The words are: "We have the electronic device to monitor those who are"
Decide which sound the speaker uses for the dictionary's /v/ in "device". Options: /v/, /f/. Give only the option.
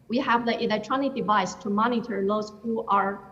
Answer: /v/